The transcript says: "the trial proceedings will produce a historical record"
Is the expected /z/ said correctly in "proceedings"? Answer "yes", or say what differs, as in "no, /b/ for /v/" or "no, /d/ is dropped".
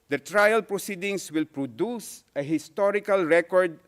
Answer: no, /s/ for /z/